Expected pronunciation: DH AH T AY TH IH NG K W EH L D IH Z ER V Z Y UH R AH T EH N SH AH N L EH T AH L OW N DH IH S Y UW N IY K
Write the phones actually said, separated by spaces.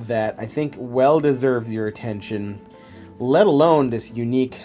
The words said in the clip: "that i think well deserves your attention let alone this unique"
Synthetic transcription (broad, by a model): DH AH T AY TH IH NG K W EH L D IH Z ER V Z Y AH R AH T EH N SH AH N L EH T AH L OW N DH IH S Y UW N IY K